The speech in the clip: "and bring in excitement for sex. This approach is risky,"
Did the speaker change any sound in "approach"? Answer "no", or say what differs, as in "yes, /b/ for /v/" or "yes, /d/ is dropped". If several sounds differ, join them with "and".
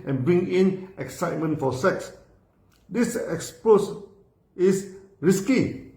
yes, /s/ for /tʃ/